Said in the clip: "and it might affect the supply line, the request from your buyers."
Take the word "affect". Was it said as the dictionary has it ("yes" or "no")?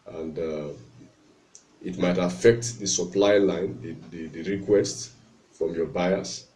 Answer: yes